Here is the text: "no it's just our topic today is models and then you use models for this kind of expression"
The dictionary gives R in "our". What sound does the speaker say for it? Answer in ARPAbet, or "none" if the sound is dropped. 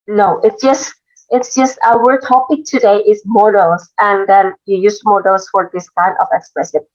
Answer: W